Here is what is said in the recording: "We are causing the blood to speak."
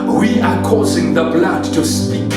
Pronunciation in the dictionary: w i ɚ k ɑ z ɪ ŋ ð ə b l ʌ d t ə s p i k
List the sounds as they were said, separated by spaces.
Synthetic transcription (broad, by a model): w i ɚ k ɑ z ɪ ŋ ð ə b l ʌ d t ə s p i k